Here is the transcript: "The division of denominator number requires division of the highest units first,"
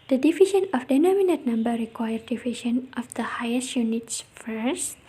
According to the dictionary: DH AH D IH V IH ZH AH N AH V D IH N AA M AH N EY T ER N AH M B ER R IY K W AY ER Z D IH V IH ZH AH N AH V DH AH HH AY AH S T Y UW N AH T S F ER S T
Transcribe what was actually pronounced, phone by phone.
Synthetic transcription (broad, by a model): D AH D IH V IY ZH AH N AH F D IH N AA M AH N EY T N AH M B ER R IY K W AY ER D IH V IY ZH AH N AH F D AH HH AY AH S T Y UW N AH T S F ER S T